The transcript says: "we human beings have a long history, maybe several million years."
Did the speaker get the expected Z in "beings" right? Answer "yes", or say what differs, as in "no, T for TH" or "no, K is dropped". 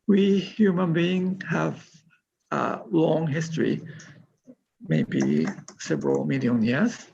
no, Z is dropped